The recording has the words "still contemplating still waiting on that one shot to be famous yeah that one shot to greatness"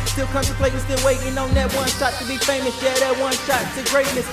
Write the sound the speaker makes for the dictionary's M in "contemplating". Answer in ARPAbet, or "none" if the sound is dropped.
none